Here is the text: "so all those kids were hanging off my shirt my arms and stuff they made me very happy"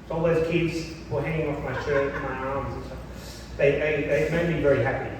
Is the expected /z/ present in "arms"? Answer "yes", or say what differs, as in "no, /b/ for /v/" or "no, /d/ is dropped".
yes